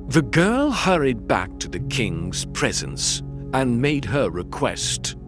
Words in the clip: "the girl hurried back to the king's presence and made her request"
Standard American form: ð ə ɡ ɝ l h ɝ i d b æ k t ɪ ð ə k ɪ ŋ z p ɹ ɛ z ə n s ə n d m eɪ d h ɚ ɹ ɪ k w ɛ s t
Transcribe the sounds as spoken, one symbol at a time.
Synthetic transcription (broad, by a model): ð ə ɡ ɝ l h ɝ i d b æ k t ɪ ð ə k ɪ ŋ z p ɹ ɛ z ə n s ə n m eɪ d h ɚ ɹ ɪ k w ɛ s t